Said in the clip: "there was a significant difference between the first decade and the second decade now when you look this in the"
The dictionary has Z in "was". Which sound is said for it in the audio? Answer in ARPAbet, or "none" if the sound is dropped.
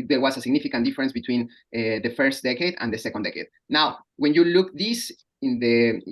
S